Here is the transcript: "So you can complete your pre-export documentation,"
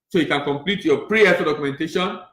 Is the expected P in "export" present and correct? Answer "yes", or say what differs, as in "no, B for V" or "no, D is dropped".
no, P is dropped